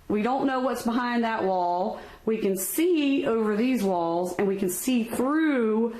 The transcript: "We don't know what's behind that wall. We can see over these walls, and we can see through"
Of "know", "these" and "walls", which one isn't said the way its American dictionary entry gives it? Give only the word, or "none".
none